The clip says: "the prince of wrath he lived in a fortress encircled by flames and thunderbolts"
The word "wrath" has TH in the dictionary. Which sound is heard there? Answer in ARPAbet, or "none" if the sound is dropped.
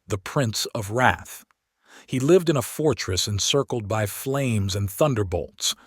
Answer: TH